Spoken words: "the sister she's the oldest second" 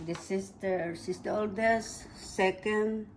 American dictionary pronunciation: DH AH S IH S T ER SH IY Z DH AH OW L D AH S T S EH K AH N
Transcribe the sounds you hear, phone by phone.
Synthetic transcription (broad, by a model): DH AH S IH S T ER S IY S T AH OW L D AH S S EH K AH N